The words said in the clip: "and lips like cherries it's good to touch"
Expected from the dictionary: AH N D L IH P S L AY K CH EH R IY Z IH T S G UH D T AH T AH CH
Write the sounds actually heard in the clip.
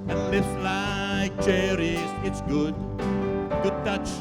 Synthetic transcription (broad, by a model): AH N L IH S L AY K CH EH R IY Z IH T S G UH D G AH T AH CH